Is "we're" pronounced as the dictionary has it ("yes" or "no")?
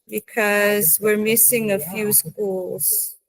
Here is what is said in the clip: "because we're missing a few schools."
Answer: yes